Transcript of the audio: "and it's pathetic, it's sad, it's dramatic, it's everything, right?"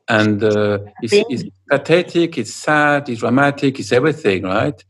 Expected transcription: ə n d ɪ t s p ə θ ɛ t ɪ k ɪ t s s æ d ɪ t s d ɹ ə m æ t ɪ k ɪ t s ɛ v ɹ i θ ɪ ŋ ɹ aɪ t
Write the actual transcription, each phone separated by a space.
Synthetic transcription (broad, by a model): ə n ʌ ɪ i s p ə t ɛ t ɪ k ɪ t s s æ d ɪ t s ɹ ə m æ t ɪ k ɪ t s ɛ v ɹ i θ ɪ ŋ ɹ aɪ t